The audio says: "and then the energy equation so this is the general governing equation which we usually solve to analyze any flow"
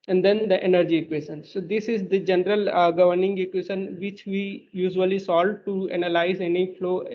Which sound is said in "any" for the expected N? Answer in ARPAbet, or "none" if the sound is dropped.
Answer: N